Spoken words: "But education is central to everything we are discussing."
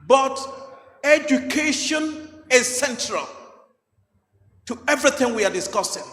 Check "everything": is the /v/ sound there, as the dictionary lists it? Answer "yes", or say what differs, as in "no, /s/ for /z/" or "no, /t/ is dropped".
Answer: yes